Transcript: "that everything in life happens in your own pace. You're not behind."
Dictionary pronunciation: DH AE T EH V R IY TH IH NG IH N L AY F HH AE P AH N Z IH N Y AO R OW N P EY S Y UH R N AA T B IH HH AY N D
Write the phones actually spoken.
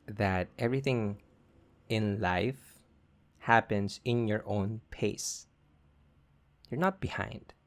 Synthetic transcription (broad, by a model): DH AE T EH V R IY TH IH NG IH N L AY F HH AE P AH N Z IH N Y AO R OW N P EY S Y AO R N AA T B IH HH AY N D